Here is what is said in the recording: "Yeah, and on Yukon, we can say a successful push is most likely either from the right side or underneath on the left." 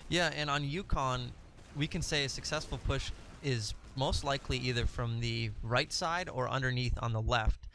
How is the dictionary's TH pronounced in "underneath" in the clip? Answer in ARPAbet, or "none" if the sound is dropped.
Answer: TH